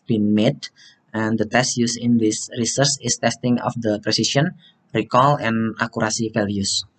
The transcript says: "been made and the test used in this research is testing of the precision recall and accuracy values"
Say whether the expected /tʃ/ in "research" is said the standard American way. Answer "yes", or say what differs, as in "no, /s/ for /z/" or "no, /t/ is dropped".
no, /s/ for /tʃ/